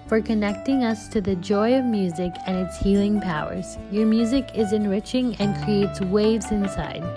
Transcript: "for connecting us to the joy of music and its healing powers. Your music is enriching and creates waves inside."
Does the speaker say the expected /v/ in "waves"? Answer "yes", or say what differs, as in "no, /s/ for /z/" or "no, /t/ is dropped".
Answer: yes